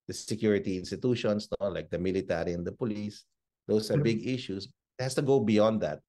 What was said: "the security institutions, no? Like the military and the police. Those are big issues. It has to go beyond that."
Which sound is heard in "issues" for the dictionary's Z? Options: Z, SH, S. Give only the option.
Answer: S